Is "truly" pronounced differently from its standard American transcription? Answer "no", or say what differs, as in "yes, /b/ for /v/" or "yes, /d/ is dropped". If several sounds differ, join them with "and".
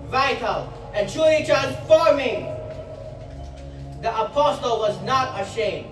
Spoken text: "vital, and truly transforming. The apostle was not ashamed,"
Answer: yes, /ɹ/ is dropped and /l/ is dropped